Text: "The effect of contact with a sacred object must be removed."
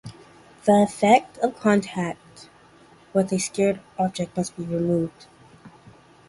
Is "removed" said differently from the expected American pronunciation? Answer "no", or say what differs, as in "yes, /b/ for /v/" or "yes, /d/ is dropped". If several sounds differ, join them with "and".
no